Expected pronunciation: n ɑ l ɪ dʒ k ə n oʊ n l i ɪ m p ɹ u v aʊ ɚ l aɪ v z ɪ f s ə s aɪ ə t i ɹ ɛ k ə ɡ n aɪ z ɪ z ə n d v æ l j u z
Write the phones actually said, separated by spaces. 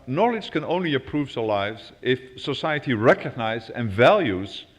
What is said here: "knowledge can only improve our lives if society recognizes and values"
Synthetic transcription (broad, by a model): n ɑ l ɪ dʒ k ə n oʊ n l i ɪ p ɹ u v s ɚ l aɪ v z ɪ f s ə s aɪ ə t i ɹ ɛ k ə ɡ n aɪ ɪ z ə n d v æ l j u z